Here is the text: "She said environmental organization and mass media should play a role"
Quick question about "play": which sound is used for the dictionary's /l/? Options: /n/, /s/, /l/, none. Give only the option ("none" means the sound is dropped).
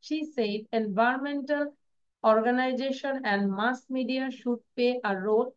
none